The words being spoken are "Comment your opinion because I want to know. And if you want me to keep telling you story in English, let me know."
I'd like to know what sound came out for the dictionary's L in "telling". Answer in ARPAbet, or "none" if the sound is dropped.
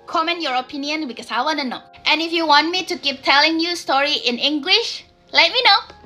L